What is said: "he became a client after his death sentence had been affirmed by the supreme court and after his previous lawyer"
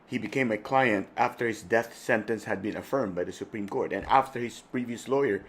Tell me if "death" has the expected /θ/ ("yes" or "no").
yes